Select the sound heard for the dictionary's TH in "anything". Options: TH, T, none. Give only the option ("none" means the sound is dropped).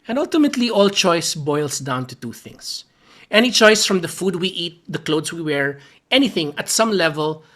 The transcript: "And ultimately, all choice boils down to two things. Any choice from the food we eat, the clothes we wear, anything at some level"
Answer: TH